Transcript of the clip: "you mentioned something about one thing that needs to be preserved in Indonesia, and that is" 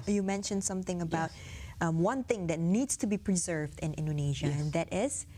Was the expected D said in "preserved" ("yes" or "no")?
yes